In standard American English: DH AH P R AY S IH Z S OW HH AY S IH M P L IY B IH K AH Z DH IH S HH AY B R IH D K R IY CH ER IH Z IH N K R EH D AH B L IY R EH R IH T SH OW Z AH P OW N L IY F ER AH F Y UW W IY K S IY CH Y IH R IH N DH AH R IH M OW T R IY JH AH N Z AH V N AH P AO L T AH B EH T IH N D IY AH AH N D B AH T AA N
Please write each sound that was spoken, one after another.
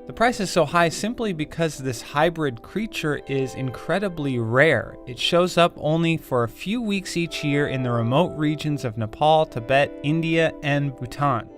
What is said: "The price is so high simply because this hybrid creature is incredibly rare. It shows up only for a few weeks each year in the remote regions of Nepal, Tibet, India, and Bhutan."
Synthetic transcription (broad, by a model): DH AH P R AY S IH Z S OW HH AY S IH M P L IY B IH K AH Z DH IH S HH AY B R IH D K R IY CH ER IH Z IH N K R EH D AH B L IY R EH R IH T SH OW Z AH P OW N L IY F ER AH F Y UW W IY K S IY CH Y IH R IH N DH AH R IH M OW T R IY JH AH N Z AH V N AH P AO L T AH B EH T IH N D IY AH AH N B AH T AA N